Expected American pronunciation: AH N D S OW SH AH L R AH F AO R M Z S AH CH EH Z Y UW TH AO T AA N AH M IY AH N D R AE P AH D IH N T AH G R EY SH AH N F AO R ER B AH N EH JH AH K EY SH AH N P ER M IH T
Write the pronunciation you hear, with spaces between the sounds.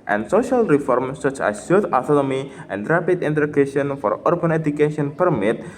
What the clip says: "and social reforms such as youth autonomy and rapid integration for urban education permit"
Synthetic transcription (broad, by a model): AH N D S OW SH AH L R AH F AO R M S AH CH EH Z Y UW T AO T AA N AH M IY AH N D R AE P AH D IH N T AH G EY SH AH N F AO R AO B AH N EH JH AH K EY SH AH N P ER M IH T